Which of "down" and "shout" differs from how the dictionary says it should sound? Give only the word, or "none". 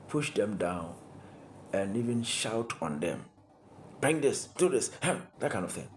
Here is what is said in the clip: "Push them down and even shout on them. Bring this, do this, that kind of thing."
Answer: none